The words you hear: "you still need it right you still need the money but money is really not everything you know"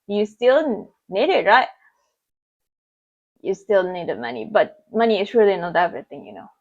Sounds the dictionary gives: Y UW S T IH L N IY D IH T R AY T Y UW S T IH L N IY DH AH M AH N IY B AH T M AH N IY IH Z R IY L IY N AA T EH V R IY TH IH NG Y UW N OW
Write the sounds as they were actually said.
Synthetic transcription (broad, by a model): Y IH S T IH L N IY D IH T R AY T Y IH S T IH L N IY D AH M AH N IY B AH T M AH N IY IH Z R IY IY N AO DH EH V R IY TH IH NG Y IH N OW